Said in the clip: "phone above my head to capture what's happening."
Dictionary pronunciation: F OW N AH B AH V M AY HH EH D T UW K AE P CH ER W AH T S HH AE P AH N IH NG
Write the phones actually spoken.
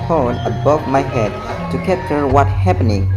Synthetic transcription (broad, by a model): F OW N AH B AH V M AY HH EH D T UW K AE CH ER W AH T HH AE P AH N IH NG